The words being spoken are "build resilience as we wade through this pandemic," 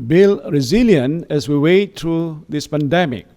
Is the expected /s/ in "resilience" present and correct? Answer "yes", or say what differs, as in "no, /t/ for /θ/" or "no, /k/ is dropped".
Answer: no, /s/ is dropped